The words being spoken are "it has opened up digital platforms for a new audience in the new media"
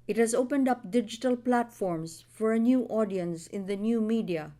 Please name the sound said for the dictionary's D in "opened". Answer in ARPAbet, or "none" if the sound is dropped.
D